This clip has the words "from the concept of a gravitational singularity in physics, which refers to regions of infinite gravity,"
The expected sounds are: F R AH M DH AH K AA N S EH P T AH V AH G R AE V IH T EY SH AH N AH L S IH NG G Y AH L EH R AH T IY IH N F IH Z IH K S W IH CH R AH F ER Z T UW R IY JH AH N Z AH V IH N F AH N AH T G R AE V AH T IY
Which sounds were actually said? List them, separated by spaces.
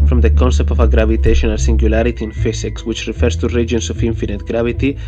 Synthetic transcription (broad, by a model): F R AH M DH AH K AA N S EH P T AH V AH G R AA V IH T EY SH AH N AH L S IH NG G Y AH L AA R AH T IY IH N F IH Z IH K S W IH CH R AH F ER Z T UW R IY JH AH N S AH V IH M F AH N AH T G R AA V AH T IY